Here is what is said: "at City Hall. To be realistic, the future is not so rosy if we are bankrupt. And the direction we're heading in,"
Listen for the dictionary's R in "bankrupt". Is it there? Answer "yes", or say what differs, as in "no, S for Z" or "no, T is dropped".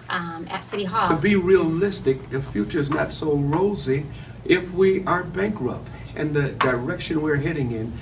yes